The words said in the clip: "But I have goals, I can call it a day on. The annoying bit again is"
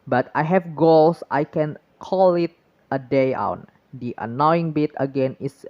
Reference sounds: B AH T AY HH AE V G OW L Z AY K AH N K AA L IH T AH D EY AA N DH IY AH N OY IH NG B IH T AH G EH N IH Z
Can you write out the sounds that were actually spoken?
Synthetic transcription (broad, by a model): B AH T AY HH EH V G OW L S AY K AH N K AA L IH T AH D EY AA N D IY AH N OY IH NG B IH T AH G EH N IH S